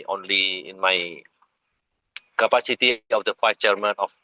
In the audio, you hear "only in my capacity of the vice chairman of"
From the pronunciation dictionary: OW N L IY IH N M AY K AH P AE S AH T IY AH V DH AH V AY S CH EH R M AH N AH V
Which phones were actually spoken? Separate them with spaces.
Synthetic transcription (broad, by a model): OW N L IY IH N M AY K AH P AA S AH T IY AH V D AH F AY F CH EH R M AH N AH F